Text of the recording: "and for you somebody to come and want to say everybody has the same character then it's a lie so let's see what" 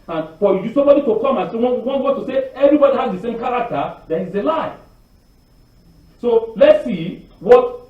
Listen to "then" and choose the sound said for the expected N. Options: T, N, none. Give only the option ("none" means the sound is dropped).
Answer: none